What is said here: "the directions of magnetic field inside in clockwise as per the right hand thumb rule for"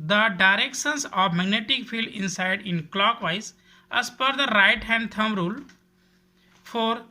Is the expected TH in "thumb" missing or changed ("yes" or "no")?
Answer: yes